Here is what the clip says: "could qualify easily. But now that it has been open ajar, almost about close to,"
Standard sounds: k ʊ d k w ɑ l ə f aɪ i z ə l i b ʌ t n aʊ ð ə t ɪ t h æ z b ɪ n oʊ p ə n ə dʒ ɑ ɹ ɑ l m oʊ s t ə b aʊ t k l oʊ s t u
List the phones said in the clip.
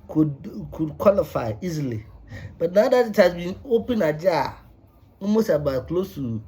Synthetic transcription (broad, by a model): k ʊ d k w ɑ l ə f aɪ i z l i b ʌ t n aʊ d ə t ɪ t h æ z b ɪ n oʊ p ə n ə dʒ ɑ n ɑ m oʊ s ə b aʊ k l oʊ s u